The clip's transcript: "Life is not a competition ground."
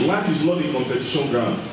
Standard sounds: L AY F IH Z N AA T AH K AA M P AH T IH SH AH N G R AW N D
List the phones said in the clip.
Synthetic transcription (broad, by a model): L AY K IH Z L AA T AH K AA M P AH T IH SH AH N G R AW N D